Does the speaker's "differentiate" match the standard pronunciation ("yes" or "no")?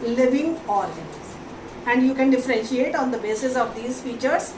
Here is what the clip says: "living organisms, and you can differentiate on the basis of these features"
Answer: yes